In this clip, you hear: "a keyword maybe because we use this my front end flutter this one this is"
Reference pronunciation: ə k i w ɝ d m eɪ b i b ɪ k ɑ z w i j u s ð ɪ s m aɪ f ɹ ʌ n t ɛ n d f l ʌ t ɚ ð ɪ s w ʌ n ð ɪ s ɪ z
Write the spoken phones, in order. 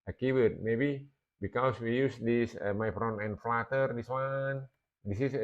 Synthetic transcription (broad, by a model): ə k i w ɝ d m eɪ b i b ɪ k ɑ s w i j u s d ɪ s m aɪ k ɹ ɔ n ɛ n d f l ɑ t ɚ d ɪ s w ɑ n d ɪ s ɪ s